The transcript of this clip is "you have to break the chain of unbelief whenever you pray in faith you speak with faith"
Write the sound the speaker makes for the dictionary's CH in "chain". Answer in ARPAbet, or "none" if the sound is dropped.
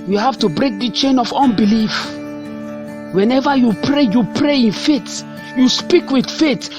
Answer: CH